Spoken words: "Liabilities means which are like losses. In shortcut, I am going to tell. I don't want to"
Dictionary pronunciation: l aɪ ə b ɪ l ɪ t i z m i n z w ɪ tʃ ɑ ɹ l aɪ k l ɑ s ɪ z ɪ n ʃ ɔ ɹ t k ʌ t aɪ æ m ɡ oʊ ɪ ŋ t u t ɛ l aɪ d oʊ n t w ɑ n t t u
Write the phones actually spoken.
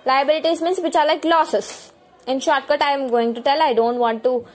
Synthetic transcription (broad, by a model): l aɪ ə b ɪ l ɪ t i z m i n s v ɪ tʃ ɑ ɹ l aɪ k l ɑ s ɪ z ɪ n ʃ ɔ ɹ t k ʌ t aɪ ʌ m ɡ oʊ ɪ ŋ t u t ɛ l aɪ d oʊ n t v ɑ n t t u